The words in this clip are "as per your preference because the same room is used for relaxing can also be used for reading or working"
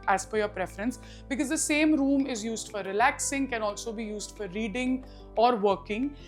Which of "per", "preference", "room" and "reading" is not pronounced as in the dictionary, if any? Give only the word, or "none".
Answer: per